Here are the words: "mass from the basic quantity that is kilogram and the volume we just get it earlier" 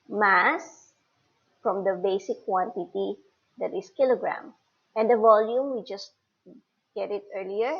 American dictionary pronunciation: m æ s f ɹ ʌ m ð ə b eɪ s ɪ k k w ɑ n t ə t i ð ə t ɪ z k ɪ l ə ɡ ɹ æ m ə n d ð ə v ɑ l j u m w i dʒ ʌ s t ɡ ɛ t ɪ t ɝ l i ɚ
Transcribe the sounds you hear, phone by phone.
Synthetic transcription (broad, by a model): m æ s f ɹ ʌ m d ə b eɪ s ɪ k k w ɑ n t ə t i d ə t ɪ s k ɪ l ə ɡ ɹ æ m ə n d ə v ɑ l j u m w i dʒ ʌ s t ɡ ɛ t ɪ t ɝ l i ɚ